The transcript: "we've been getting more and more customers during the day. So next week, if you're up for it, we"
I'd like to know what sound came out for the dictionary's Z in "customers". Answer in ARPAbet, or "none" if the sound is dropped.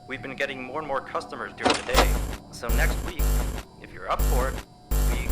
Z